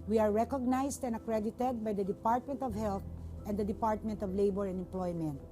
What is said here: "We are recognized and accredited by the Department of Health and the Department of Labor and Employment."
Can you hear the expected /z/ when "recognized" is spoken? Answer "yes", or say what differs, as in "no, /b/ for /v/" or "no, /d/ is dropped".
no, /s/ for /z/